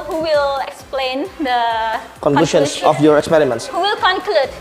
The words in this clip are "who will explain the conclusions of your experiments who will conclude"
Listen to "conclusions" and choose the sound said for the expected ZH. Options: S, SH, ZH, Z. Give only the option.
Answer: SH